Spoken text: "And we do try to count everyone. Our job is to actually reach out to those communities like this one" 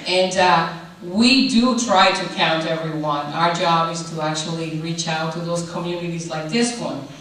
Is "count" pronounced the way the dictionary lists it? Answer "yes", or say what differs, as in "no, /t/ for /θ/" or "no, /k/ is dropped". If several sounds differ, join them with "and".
yes